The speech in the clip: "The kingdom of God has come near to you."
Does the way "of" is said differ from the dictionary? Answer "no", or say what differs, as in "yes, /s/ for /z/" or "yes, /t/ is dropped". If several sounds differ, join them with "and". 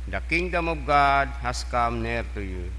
yes, /b/ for /v/